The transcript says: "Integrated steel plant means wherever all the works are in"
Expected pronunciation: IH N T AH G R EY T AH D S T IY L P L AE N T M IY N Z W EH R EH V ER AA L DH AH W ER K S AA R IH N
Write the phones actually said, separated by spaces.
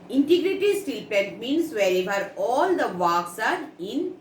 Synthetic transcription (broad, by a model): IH N T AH G R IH T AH S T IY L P EH N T M IY N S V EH R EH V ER AA L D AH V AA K S AA R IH N